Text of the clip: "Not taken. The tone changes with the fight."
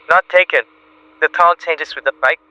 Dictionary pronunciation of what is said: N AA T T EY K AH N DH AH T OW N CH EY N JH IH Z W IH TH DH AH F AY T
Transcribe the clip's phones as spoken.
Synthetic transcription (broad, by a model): N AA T T EY K AH N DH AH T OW L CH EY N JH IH S W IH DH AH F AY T